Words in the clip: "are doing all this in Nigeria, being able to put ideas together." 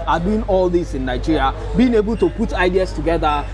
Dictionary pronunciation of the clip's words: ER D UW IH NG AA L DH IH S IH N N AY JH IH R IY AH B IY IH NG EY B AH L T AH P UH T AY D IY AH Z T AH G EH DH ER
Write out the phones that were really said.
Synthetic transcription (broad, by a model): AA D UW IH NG AA L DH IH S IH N N AY JH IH R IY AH B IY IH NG EY B AH L T AH P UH T AY D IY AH S T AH G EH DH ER